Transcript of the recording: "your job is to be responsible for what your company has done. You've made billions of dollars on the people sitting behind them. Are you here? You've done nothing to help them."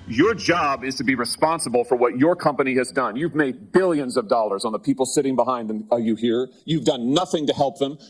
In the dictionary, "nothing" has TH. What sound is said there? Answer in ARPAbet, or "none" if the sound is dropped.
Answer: TH